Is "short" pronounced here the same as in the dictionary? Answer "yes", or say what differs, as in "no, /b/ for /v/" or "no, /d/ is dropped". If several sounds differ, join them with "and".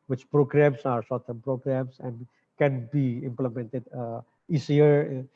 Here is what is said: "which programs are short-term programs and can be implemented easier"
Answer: no, /s/ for /ʃ/